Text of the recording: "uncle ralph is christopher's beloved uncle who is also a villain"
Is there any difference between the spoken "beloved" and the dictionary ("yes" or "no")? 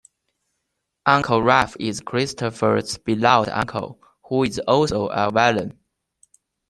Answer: yes